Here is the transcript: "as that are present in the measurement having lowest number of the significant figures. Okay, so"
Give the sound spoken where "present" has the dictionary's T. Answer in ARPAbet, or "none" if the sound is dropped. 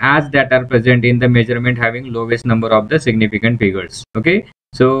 T